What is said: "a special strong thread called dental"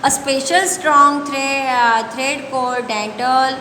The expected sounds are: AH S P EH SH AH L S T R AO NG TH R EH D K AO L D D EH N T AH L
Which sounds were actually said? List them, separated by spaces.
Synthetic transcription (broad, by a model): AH S P EH SH AH L S T R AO NG T R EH D K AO D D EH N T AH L